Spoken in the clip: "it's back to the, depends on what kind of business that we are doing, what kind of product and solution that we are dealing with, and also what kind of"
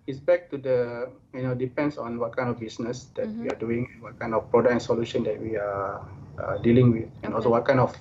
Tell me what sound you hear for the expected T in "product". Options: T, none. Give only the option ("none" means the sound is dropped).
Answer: none